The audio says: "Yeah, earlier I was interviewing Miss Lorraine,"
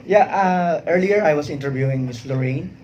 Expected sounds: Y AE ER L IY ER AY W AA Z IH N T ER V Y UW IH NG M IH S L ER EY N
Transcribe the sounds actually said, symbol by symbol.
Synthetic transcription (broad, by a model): Y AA ER L IY ER AY W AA S IH N T ER V Y UW IH NG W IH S L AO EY N